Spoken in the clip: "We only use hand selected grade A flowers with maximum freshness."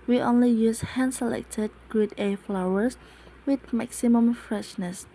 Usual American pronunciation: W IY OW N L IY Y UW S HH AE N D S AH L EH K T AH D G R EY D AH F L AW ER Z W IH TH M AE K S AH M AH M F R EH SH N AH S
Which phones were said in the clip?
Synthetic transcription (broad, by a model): W IY OW N L IY Y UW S HH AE N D S AH L EH K T AH D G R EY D AH F L AW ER S W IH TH M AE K S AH M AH M F R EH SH N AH S